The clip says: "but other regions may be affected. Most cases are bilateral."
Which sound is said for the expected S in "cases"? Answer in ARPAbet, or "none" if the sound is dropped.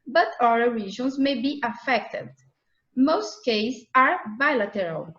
none